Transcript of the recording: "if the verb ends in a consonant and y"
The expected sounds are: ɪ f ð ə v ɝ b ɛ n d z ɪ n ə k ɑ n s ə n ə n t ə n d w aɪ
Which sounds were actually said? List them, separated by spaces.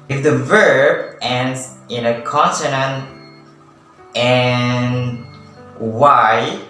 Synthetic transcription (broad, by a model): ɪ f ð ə v ɝ b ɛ n d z ɪ n ə k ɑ n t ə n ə n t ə n w aɪ